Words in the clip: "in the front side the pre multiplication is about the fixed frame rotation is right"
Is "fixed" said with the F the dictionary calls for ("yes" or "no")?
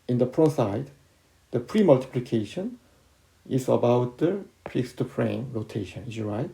no